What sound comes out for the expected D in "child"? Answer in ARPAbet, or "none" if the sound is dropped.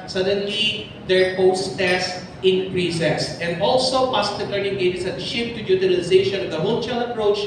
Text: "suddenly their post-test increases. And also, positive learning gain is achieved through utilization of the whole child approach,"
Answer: none